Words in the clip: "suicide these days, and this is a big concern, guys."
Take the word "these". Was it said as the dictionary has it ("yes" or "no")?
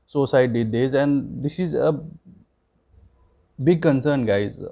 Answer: no